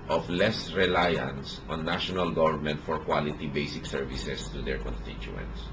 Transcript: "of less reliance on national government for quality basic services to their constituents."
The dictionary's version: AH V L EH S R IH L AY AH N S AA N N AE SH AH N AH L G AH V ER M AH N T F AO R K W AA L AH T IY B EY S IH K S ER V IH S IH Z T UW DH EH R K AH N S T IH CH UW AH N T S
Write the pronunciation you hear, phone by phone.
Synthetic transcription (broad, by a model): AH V L EH S R IH L AY AH N S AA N N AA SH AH N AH L G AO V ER M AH N T F AO R K W AA L AH T IY B EY S IH K S ER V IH S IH S T UW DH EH R K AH N S T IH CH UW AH N T S